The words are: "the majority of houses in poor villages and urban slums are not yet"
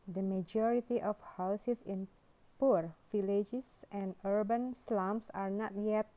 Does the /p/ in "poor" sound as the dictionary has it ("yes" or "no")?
yes